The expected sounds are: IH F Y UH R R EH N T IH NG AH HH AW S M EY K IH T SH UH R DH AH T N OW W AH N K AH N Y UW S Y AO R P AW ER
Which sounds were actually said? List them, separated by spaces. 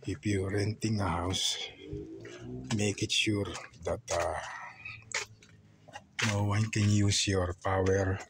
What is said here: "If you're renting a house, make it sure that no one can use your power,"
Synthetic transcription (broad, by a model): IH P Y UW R R EH N T IH NG AH HH AW S M EY K IH T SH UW R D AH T N OW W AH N K AH N Y UW S Y AO R P AW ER